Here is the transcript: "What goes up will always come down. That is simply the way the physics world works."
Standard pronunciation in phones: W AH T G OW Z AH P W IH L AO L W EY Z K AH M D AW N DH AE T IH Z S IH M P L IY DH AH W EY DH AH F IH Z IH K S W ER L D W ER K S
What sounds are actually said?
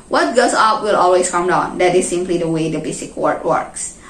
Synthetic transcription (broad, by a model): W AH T G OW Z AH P W IH L AO L W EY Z K AH M D AW N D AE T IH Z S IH M P L IY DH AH W EY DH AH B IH S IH K W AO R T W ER K S